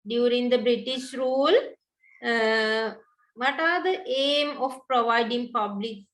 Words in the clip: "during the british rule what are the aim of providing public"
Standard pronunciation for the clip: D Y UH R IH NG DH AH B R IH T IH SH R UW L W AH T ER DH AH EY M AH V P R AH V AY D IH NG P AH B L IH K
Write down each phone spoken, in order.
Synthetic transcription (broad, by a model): D Y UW R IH NG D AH B R IH T IH SH R UW L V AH T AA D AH EY M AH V P R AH V AY D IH NG P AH B L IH K